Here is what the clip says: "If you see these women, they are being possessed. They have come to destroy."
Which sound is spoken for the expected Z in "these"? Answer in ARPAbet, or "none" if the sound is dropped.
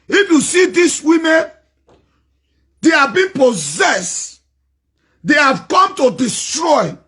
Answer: S